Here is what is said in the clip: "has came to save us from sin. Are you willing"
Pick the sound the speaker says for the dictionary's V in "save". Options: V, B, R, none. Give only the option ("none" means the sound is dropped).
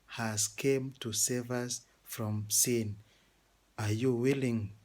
V